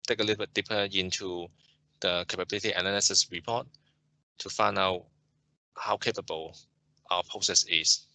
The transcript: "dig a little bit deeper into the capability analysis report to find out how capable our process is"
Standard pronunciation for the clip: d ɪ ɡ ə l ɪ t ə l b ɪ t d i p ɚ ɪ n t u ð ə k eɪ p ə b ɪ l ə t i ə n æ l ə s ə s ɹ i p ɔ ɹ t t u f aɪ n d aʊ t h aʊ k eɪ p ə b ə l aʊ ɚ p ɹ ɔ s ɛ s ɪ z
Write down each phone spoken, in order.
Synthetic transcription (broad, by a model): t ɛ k ə l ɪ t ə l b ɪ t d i p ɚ ɪ n t u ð ə k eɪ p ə b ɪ l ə t i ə n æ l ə s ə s ɹ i p ɔ t t u f aɪ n aʊ t h aʊ k eɪ p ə b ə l aʊ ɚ p ɹ ɔ s ɛ s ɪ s